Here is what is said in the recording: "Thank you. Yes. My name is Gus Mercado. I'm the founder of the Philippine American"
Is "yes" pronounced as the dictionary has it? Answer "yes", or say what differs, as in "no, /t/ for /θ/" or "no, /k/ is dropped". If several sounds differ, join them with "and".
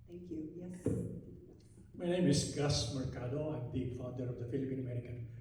no, /s/ is dropped